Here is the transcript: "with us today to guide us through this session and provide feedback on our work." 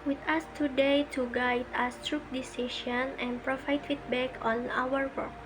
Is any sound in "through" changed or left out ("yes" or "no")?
yes